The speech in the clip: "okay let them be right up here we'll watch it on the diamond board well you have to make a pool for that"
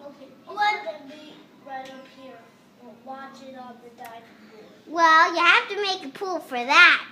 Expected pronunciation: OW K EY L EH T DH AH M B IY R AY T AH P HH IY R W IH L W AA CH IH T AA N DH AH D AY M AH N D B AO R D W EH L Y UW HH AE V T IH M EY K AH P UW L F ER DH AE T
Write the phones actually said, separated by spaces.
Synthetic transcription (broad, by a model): OW K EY W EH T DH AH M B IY R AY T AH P HH IY R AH W AA CH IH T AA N DH AH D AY AH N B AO W EH L Y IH HH AE F T IH M EY K AH P UW L F ER DH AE T